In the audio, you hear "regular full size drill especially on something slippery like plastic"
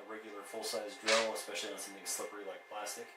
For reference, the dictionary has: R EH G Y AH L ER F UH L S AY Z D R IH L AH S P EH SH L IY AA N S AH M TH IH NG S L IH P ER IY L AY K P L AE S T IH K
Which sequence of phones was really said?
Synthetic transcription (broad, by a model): R EH G Y L ER F UH L S AY Z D R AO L AH S P EH SH L IY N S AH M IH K S L IH P ER IY L AY K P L AE S T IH K